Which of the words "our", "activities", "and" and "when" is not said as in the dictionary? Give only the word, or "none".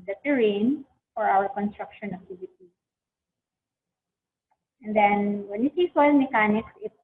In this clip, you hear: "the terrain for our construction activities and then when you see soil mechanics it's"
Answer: activities